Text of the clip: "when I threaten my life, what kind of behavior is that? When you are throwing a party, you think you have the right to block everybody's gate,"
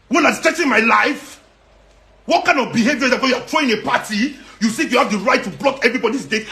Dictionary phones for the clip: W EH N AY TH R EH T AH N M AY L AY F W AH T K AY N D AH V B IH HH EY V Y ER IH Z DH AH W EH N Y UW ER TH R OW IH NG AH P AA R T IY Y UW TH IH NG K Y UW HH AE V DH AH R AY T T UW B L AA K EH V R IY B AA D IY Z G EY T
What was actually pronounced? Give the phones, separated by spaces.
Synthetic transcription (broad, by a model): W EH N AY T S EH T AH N M AY L AY F W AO T K AY N D AH V B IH HH EY V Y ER IH Z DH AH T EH Y UW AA T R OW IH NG AH P AA T IY Y UW S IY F Y UW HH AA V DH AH R AY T T UW B L AA K EH V R IY B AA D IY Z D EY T